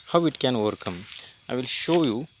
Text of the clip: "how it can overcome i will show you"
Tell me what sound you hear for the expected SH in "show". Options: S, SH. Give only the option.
SH